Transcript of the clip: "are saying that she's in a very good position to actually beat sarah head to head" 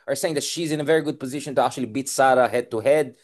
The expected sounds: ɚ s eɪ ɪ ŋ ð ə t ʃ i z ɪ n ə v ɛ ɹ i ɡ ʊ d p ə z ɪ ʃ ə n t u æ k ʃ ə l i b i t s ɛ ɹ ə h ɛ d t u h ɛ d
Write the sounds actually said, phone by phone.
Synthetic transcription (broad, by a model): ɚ s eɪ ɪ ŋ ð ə t ʃ i z ɪ n ə v ɛ ɹ i ɡ ʊ d p ə z ɪ ʃ ə n t u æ k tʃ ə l i b i t s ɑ ɹ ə h ɛ d t u h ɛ d